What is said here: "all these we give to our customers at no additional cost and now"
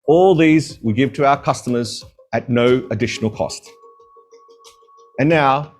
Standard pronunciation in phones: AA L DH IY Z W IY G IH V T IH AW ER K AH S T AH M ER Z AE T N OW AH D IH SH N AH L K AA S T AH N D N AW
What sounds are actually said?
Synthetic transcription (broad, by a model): AA L DH IY Z W IY G IH V T IH AW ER K AH S T AH M ER Z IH T N OW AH D IH SH N L K AA S T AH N N AW